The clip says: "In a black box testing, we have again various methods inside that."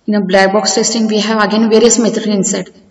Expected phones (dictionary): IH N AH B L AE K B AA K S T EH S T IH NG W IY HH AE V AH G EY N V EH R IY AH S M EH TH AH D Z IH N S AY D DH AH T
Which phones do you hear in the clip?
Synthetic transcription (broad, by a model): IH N AH B L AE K B AA K S T EH S T IH NG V IY HH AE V AH G EY N V EH R IY AH S M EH T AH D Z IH N S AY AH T